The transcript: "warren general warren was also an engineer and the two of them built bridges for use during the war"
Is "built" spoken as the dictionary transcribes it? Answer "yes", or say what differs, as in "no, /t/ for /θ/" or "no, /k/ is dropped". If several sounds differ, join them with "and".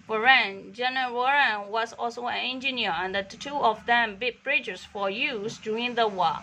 no, /l/ is dropped